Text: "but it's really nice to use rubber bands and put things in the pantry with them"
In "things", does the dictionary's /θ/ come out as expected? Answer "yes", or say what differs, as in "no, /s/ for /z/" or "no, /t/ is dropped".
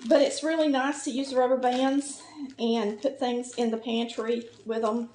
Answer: yes